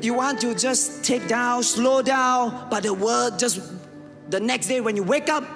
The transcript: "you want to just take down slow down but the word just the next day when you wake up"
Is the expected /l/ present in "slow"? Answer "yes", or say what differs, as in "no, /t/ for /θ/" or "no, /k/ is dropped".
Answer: yes